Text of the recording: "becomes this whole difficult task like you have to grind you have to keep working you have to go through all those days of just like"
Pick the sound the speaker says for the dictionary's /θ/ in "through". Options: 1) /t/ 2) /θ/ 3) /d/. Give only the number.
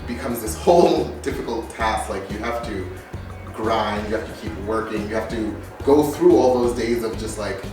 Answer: 2